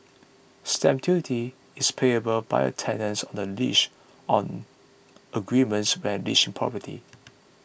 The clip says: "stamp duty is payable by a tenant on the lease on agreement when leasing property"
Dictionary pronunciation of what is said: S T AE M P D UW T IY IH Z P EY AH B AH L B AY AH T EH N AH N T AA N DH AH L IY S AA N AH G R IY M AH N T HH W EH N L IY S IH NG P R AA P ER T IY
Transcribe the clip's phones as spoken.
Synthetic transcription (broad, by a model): S T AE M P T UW T IY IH S P EY AH B AH L B AY AH T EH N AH N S AA N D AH L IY SH AA N AH G R IY M AH N T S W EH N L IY SH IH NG P R AA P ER T IY